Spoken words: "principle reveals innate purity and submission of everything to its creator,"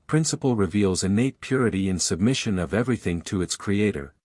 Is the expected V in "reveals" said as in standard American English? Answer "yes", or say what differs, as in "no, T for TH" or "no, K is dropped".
yes